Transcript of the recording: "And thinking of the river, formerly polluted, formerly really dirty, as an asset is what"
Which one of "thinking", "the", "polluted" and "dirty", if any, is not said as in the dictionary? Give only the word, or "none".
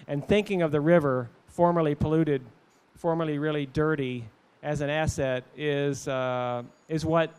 none